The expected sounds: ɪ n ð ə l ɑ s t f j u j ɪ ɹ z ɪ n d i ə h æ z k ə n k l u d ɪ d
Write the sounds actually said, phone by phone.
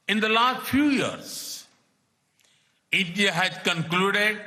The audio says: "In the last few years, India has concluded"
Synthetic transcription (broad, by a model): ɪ n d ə l ɑ s t f j u j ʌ ɹ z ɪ d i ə h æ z k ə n k l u d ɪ d